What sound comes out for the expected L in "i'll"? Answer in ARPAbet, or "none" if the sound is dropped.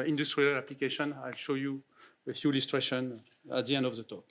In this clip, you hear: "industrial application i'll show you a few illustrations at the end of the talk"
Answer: L